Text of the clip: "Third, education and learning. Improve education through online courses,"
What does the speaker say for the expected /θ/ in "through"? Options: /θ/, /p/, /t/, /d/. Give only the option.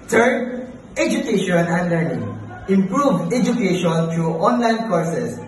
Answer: /t/